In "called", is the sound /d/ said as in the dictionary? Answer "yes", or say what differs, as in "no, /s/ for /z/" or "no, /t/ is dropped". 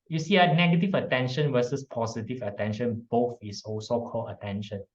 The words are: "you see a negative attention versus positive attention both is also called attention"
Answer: no, /d/ is dropped